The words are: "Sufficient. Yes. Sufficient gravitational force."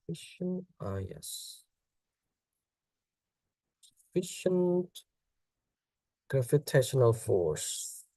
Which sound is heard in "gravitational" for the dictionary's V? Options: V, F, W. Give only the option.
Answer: F